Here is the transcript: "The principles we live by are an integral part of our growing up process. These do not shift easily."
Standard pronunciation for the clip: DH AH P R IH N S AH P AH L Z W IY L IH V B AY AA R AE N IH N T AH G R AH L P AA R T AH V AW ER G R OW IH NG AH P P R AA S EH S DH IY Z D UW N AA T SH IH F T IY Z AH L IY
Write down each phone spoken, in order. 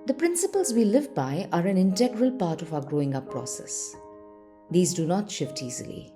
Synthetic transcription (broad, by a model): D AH P R IH N S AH P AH L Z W IY L IH V B AY AA R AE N IH N T AH G R AH L P AA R T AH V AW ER G R OW IH NG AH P P R AA S EH S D IY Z D UW N AA T SH IH F T IY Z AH L IY